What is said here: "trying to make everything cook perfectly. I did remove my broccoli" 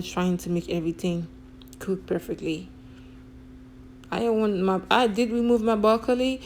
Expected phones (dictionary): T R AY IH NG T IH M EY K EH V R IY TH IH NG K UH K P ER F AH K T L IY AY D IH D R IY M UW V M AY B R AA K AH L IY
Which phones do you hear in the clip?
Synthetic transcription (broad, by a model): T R AY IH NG T IH M EY K EH V R IY TH IH NG K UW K P ER F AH K T L IY AY D IH D R IY M UW V M AY B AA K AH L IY